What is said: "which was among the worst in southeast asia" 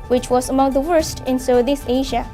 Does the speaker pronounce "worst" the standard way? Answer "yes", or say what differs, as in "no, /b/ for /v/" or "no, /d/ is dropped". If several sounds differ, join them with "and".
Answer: yes